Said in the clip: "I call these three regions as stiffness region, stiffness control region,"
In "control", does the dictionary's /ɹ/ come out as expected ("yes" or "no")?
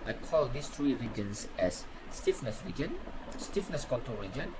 no